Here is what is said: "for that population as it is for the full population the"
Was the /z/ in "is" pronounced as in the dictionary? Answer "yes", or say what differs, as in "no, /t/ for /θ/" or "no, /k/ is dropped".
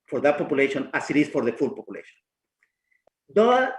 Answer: no, /s/ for /z/